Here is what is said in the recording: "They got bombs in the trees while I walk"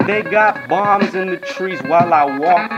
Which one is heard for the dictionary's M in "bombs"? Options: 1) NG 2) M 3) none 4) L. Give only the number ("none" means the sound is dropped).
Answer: 2